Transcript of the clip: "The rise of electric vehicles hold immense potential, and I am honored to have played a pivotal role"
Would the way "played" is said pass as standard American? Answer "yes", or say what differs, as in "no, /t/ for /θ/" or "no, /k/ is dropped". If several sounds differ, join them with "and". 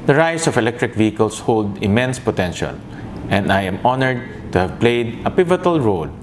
yes